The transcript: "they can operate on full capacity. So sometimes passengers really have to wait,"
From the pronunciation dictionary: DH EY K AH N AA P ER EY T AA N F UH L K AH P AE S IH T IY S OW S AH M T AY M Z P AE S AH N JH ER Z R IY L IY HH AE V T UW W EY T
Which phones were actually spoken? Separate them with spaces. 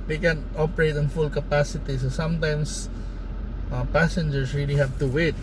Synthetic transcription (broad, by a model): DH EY K AH N AA P ER EY T AA N F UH L K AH P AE S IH T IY S OW S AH M T AY M S P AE S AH N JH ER S R IY L IY HH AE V T UW W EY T